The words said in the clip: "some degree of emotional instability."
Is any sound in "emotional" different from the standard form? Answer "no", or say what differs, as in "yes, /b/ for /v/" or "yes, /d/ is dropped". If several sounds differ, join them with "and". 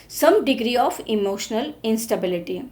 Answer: no